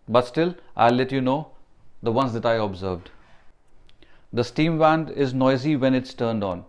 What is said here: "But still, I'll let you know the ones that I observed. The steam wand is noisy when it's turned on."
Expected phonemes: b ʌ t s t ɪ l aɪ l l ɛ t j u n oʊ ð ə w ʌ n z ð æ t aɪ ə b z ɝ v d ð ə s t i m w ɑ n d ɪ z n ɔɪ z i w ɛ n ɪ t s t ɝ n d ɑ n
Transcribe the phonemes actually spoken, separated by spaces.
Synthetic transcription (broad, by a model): b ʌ t s t ɪ l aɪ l l ɛ t j u n oʊ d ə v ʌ n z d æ t aɪ ə b z ɝ v d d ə s t i m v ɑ n d ɪ z n ɔɪ z i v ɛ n ɪ t s t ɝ n d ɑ n